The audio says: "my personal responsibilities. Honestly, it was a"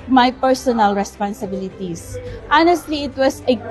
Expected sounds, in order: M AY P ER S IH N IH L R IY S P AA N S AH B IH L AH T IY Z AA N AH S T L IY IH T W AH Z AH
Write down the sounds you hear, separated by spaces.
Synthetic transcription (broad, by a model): M AY P ER S IH N IH L R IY S P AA N S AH B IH L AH T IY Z AA N AH S T L IY IH T W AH S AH